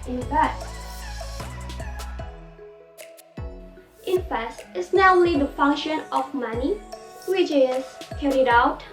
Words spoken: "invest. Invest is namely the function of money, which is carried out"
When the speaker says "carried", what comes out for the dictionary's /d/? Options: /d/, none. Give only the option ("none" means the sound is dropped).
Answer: /d/